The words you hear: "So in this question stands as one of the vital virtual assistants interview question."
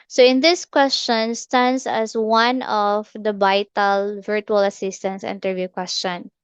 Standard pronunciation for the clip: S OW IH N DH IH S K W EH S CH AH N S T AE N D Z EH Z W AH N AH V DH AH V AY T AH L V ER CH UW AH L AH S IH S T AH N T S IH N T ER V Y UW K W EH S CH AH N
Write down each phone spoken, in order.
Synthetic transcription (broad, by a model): S OW IH N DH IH S K W EH S CH AH N S T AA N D S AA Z W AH N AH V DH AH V AY T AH L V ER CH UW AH L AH S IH S T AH N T S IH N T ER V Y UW K W EH S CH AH N